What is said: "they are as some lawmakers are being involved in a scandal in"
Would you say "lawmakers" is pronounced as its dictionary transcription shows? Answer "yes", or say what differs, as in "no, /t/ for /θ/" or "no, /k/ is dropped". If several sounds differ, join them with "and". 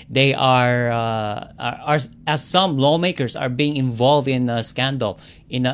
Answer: no, /s/ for /z/